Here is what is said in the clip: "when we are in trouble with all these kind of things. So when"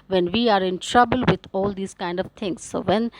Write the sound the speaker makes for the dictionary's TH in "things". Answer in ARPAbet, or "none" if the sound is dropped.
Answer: T